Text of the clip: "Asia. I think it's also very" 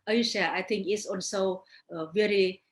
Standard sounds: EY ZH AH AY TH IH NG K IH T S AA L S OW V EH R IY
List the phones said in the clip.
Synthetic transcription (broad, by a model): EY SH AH AY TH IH NG K IH T S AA N S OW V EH R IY